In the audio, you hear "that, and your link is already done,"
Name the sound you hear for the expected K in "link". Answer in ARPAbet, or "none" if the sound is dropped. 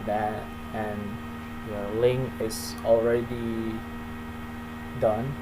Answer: none